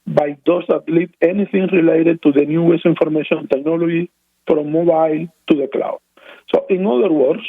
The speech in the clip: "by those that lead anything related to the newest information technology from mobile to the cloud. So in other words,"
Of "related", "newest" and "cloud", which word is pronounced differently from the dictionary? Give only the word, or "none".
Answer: newest